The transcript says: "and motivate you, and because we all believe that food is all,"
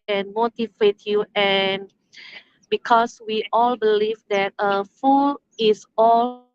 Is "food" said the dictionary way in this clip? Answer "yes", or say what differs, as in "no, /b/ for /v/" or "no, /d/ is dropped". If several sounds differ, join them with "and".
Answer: no, /d/ is dropped